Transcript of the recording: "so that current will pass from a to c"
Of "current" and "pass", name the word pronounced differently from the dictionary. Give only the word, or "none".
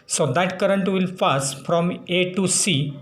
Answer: pass